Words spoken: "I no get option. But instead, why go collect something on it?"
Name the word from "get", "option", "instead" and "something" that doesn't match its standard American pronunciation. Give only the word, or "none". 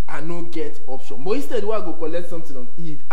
something